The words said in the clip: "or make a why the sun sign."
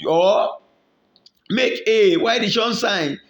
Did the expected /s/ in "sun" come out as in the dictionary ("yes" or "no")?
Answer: no